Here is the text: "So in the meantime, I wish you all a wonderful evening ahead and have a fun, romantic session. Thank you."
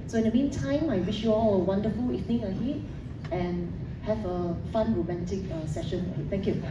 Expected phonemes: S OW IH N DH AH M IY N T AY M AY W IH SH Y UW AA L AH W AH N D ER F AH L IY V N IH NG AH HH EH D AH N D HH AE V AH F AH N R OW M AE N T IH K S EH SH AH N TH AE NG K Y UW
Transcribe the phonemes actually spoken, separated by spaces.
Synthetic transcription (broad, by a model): S OW IH N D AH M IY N T AY M AY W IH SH Y UW AA L AH W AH N D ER F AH L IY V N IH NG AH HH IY AH N HH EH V AH F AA N R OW M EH N T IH K S EH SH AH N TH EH NG K Y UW